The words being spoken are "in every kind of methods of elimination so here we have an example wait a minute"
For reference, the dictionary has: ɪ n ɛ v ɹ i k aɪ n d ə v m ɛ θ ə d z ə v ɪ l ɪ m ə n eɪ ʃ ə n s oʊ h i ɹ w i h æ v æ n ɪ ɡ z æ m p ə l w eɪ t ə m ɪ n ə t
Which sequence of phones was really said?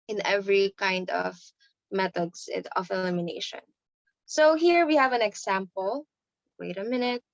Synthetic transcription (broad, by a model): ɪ n ɛ v ɹ i k aɪ n d ə v m ɛ t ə d s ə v ɪ l ɪ m ə n eɪ ʃ ə n s oʊ h i ɹ w i h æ v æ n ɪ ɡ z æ m p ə l w eɪ t ə m ɪ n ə t